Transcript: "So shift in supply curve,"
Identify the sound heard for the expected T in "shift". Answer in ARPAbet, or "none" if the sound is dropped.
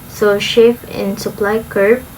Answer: none